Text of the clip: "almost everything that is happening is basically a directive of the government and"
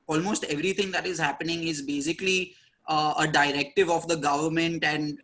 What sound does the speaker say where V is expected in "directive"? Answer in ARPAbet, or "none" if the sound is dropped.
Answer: V